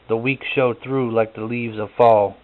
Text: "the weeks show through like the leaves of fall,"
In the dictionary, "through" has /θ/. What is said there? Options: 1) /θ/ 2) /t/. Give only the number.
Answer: 1